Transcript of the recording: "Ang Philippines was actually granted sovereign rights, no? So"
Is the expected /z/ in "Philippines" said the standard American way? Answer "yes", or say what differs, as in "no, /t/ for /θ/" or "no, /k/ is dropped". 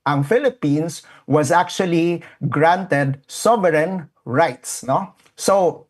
no, /s/ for /z/